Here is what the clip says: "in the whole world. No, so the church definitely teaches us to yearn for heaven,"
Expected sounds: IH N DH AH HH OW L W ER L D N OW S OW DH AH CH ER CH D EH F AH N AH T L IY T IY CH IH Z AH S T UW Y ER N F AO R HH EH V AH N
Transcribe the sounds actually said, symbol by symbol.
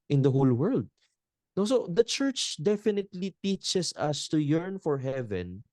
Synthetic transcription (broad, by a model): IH N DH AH HH OW L W ER L D N OW S OW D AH CH ER CH D EH F AH N AH T L IY T IY CH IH S AH S T UW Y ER N F AO R HH EH V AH N